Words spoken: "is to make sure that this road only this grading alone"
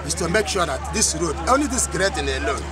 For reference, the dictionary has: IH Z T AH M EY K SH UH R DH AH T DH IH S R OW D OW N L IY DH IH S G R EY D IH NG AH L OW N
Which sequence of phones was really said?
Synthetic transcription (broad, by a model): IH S T AH M EY K SH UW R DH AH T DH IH S R OW D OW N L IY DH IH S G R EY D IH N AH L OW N